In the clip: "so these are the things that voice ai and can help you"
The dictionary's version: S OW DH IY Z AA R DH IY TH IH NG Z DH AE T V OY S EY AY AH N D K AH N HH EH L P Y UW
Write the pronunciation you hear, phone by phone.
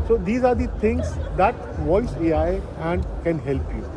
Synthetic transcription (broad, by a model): S OW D IY Z AA R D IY T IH NG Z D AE T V OY S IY AY AH N D K AH N HH EH L P Y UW